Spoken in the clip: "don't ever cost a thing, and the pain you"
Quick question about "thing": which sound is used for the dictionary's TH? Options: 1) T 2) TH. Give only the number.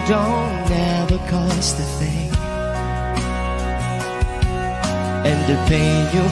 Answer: 2